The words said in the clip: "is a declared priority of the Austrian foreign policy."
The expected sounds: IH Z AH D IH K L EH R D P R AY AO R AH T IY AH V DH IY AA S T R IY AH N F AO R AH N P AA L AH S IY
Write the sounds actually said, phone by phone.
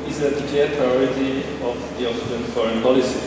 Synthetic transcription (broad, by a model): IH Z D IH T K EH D P R AY AO R AH T IY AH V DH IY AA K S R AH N F AO R AH N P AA L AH S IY